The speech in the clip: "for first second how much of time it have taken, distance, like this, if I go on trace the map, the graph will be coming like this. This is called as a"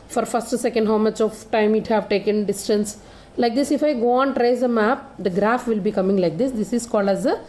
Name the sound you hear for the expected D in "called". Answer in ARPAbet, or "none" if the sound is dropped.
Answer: D